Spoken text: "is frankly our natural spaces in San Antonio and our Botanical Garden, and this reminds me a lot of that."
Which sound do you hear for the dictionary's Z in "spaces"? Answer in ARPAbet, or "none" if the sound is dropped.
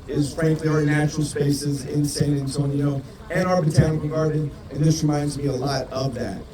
Z